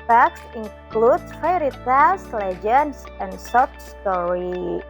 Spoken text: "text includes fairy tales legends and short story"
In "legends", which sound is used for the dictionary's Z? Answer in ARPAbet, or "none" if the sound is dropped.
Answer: S